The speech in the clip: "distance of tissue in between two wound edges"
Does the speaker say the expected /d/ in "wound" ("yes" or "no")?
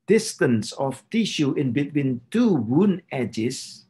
no